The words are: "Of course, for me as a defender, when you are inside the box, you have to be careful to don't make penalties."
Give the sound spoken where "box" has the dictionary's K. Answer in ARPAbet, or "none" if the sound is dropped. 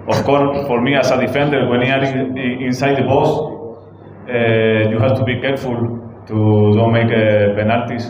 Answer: none